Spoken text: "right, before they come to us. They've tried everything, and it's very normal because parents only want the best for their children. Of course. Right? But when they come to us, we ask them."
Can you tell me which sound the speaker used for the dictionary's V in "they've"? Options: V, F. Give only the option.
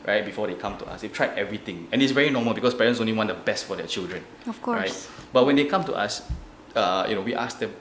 F